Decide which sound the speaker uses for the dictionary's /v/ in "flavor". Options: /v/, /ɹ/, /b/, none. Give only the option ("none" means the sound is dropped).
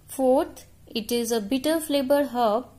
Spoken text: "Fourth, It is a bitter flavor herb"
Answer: /b/